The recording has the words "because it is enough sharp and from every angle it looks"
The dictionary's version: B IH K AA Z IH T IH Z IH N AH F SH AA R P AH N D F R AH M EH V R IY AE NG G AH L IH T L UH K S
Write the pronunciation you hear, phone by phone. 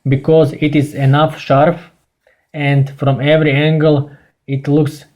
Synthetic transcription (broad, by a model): B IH K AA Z IH T IH Z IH N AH F SH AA R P AH N D F R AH M EH V R IY AE NG G AH L IH T L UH K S